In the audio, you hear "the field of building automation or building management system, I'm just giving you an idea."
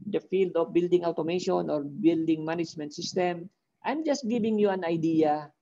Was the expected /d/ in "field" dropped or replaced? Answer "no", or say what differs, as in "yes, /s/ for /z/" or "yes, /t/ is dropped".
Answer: no